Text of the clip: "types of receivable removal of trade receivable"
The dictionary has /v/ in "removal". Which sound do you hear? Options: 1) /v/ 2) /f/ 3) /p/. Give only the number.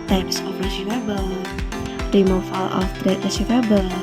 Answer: 2